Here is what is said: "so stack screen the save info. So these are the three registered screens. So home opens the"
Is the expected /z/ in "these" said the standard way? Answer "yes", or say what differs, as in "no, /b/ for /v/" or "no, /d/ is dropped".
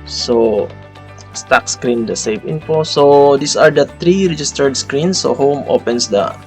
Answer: no, /s/ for /z/